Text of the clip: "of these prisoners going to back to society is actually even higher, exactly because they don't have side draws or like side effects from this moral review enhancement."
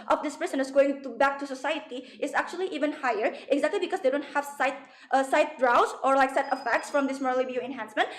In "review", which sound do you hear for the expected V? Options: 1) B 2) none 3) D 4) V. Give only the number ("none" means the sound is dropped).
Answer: 2